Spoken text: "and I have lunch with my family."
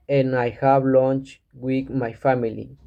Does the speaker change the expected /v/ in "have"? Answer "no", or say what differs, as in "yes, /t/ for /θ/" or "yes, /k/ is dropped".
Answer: yes, /b/ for /v/